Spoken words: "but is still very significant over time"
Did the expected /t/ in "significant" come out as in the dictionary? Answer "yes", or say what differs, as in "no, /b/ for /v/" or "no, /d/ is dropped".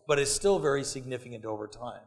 yes